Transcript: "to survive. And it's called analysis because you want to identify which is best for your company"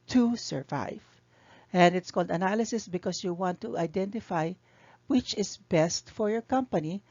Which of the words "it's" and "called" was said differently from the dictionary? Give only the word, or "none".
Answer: none